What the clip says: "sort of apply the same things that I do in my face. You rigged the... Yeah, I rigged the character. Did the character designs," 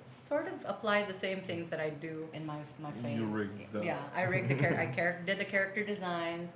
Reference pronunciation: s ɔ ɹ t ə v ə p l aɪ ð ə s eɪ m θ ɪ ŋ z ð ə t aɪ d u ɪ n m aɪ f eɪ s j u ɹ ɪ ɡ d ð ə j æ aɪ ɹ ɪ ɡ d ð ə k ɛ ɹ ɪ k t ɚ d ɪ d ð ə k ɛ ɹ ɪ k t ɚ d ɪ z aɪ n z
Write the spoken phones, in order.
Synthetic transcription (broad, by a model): s ɔ ɹ t ə v ə p l aɪ ð ə s eɪ m θ ɪ ŋ z ð ə t aɪ d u ɪ n m aɪ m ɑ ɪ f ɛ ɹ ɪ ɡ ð j æ aɪ ɹ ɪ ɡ ð ə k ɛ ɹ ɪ k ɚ d ɪ d ð ə k ɛ ɹ ɪ k t ɚ d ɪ z aɪ n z